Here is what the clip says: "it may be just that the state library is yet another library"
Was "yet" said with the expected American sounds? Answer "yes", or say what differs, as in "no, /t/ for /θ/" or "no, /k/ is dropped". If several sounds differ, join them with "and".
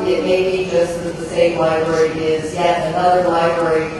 no, /t/ is dropped